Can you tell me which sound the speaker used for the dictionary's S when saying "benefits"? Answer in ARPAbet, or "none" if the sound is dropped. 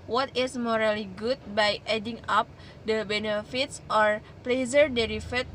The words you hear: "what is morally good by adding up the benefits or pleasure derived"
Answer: S